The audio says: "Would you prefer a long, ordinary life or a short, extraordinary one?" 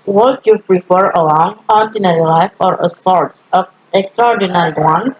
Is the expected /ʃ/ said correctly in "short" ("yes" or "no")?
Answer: no